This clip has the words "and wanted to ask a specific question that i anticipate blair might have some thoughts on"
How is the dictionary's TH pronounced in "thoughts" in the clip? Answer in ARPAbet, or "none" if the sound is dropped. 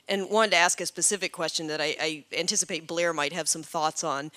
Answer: TH